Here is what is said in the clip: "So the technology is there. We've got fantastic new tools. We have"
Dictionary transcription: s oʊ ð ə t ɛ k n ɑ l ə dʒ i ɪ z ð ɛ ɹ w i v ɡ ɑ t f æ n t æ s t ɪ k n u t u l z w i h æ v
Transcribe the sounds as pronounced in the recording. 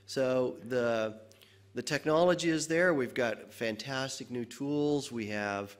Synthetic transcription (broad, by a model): s oʊ ð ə t ɛ k n ɑ l ə dʒ i ɪ z ð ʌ ɹ w i v ɡ ɑ t f æ n t æ s t ɪ k n u t u l z w i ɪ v